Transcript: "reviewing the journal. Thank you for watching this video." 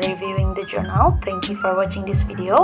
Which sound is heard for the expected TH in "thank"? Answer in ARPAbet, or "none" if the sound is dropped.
T